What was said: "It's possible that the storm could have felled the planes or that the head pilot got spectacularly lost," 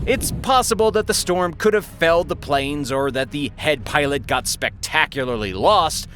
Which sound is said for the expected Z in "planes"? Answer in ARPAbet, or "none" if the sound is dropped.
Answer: Z